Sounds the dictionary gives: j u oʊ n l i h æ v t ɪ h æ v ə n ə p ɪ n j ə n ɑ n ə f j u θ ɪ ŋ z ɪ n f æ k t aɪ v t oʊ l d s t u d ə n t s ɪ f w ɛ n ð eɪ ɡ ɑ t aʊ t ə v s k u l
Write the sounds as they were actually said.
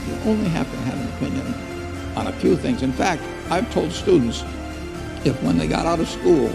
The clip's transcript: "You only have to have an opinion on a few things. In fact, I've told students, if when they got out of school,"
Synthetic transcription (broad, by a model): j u oʊ n l i h æ f t ɪ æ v ə n ə p ɪ n j ə n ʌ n ə f j u θ ɪ ŋ z ɪ n f æ k t aɪ v t oʊ l d s t u d n t s ɪ f w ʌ n ð eɪ ɡ ɑ t aʊ t ə v s k u l